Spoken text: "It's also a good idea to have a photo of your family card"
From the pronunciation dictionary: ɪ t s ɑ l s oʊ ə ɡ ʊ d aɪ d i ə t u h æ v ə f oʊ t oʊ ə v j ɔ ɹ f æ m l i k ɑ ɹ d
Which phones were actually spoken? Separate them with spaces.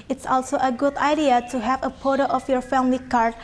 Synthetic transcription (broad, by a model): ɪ t s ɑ l s oʊ ə ɡ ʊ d aɪ d i ə t u h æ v ə p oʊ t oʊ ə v j ɔ ɹ f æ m l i k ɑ ɹ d